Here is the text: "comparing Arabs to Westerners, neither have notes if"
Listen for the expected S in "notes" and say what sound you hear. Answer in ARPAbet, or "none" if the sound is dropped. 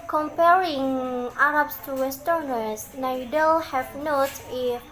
none